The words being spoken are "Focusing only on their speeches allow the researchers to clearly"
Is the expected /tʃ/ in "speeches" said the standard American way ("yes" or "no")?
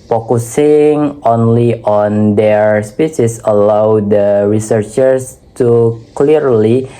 no